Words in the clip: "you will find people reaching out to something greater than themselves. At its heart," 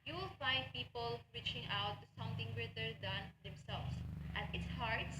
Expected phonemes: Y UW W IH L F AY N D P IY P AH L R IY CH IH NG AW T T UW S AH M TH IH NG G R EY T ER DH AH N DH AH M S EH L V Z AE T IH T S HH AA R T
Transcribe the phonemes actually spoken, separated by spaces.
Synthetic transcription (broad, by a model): Y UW W IH L F AY N D P IY P AH L R IY CH IH NG AW T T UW S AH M T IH NG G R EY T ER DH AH N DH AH M S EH L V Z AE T IH T S HH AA R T